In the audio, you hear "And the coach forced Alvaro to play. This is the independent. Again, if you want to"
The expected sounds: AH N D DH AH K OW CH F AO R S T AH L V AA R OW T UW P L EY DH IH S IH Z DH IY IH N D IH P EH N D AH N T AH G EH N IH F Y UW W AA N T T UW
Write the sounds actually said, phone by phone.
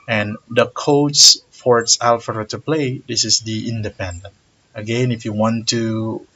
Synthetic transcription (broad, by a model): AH N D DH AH K OW S F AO R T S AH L F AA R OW T UW P L EY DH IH S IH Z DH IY IH N D IH P EH N D AH N T AH G EH N IH F Y UW W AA N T T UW